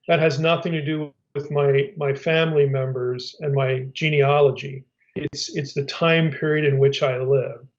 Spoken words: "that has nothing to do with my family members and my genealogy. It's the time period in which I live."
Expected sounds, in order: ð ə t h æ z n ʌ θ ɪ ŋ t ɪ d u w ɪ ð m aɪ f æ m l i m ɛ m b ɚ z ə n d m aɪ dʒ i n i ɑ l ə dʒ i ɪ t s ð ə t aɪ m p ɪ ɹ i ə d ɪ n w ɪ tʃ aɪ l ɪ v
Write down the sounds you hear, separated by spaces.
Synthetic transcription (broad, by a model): ð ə t h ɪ z n ʌ θ ɪ ŋ t ɪ d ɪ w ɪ ð m aɪ f æ m l i m ɛ m b ɚ z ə n m aɪ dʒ i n i ɑ l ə dʒ i ɪ t s ð ə t aɪ m p ɪ ɹ i ə d ɪ n w ɪ tʃ aɪ l ɪ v